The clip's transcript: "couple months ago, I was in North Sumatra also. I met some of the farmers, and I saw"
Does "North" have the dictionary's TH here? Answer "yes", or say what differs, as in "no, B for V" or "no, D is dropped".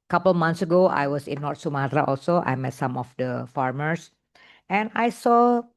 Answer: no, T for TH